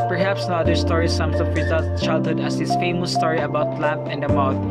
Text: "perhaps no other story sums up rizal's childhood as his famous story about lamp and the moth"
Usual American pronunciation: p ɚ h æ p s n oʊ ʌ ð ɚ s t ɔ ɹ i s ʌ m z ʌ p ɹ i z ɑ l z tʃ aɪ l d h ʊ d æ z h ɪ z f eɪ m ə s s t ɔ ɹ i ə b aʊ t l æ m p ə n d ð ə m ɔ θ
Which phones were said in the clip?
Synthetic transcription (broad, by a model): p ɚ h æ p s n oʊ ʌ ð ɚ s t ɔ ɹ i s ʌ m s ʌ f ɹ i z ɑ l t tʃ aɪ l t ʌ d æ s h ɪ s f eɪ m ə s s t ɔ ɹ i ə b aʊ t l æ m p ə n d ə m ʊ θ